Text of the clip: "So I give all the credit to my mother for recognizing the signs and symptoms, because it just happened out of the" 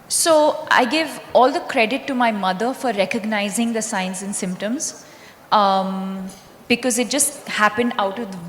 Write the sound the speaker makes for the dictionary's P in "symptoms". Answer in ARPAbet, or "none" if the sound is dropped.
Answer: P